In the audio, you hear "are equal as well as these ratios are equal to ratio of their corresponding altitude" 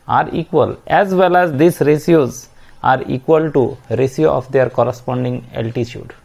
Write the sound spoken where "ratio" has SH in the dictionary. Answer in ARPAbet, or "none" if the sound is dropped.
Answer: S